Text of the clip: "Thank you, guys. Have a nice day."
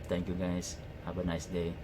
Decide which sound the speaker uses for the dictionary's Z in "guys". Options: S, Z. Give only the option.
S